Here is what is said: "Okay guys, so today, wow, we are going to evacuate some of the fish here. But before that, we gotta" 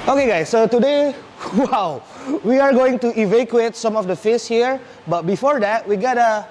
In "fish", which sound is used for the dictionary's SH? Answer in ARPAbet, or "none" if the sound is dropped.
S